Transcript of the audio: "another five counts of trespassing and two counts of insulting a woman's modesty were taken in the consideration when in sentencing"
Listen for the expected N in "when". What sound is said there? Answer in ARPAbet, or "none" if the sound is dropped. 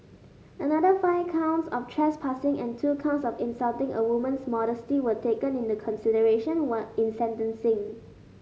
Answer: none